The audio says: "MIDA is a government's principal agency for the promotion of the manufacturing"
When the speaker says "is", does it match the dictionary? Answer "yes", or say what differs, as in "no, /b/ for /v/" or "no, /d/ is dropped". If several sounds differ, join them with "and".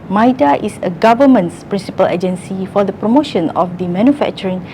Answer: no, /s/ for /z/